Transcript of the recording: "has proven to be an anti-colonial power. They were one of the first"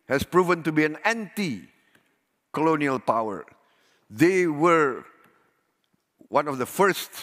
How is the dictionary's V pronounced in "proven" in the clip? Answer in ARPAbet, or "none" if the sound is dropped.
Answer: V